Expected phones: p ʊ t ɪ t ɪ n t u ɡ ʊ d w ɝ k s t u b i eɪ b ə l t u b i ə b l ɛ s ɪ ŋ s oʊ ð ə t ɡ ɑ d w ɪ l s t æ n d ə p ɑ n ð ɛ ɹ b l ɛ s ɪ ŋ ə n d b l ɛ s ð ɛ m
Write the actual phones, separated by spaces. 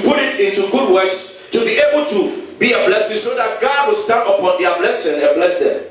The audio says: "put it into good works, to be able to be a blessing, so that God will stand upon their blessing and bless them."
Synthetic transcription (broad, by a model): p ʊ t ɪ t ɪ n t u ɡ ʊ d w ɝ k s t u b i eɪ b ə l t u b i ə b l ɛ s ɪ ŋ s oʊ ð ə t ɡ ɑ d w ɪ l s t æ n ə p ɑ n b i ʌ b l ɛ s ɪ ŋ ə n b l ɛ s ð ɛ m